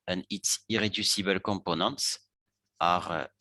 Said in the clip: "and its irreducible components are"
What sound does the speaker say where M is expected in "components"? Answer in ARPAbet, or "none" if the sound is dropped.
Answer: none